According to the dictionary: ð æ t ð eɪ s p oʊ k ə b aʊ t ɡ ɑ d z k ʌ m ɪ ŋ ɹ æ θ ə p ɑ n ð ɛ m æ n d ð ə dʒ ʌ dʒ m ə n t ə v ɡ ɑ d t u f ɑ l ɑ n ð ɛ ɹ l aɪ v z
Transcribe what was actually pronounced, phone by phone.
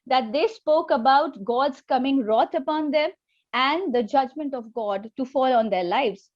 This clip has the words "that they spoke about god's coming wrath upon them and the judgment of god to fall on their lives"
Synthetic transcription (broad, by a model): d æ t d eɪ s p oʊ k ə b aʊ t ɡ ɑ d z k ʌ m ɪ ŋ ɹ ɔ t ə p ɑ n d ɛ m æ n d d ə dʒ ʌ dʒ m ə n t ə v ɡ ɑ d t u f ɑ l ɑ n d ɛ ɹ l aɪ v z